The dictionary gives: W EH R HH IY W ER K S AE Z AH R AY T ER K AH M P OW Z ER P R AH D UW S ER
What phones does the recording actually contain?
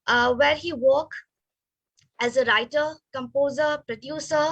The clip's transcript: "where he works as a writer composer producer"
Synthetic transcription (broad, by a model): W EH R HH IY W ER K AE Z AH R AY T ER K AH M P OW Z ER P R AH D UW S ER